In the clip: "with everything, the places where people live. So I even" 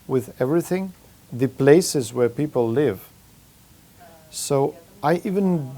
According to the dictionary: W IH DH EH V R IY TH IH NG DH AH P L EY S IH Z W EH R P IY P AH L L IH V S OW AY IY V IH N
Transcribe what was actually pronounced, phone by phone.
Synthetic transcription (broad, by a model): W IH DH EH V R IY TH IH NG DH AH P L EY S IH Z W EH R P IY P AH L L IH V S OW AY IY V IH N